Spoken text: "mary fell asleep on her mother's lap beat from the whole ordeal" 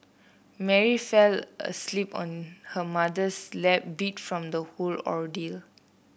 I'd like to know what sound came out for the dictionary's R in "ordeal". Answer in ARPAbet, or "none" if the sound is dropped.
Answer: R